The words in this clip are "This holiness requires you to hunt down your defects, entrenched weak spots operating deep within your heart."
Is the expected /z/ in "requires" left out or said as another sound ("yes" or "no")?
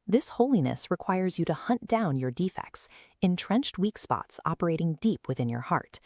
no